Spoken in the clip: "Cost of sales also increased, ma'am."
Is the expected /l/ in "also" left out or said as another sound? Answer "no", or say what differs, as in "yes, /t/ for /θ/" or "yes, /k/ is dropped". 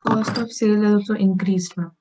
yes, /l/ is dropped